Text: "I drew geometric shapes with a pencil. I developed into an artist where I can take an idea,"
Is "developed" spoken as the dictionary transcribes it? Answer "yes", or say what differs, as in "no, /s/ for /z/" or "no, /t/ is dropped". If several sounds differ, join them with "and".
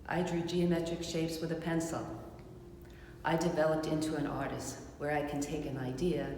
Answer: yes